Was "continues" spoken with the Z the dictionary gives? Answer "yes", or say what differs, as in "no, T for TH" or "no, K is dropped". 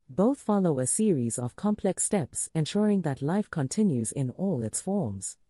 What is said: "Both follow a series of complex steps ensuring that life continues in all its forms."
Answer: yes